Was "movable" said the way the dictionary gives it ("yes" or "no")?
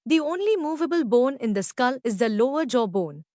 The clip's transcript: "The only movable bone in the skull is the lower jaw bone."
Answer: yes